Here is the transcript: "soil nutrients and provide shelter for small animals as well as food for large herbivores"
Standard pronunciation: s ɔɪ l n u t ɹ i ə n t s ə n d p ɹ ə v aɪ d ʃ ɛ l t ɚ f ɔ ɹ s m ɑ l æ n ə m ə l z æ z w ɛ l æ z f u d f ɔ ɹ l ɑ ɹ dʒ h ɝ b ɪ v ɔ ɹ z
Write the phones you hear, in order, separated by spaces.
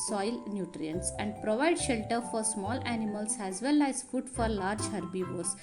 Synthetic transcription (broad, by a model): s ɔɪ l n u t ɹ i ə n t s ə n d p ɹ ə v aɪ d ʃ ɛ l t ɚ f ɔ ɹ s m ɑ l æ n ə m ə l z æ z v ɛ l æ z f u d f ɔ ɹ l ɑ ɹ dʒ h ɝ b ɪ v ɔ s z